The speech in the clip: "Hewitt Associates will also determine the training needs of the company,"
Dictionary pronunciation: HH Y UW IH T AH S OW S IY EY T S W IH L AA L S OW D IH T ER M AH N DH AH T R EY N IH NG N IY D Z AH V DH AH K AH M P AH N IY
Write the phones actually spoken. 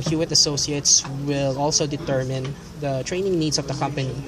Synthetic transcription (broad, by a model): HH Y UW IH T AH S OW S IY EY T S W IH L AA L S OW D IH T ER M AH N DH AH T R EY N IH NG N IY D S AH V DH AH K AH M P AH N IY